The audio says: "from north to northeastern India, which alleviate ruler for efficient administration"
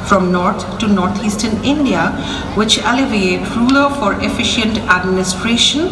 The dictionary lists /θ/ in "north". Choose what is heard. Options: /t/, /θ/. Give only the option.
/t/